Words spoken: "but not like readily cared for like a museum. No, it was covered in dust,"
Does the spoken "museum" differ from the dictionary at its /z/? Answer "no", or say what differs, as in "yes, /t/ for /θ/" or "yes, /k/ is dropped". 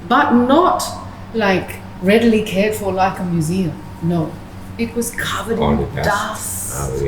no